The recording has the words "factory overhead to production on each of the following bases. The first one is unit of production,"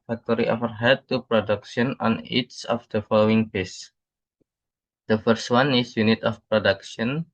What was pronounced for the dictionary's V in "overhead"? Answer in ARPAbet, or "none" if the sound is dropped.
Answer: F